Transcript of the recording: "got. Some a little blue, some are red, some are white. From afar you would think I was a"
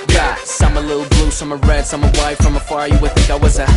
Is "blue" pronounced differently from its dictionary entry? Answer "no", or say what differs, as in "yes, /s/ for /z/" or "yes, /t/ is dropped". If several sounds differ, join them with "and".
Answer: no